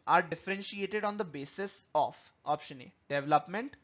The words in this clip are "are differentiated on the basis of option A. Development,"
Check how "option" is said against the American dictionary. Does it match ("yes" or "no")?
yes